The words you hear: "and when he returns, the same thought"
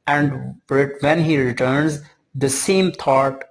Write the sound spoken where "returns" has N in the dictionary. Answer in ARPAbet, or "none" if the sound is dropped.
N